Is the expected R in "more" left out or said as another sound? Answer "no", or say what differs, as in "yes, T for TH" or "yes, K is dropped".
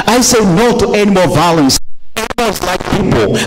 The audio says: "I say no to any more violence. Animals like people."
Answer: yes, L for R